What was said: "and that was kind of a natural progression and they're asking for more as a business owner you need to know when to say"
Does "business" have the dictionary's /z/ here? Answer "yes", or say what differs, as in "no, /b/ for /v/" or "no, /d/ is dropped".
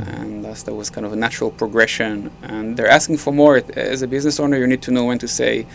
yes